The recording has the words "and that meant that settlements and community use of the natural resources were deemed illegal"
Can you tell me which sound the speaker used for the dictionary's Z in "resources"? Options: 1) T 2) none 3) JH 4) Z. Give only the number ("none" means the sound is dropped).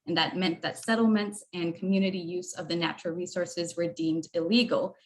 4